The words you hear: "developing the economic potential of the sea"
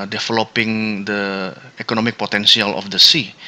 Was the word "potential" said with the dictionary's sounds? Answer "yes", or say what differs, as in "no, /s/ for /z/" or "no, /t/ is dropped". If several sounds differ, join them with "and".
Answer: no, /s/ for /ʃ/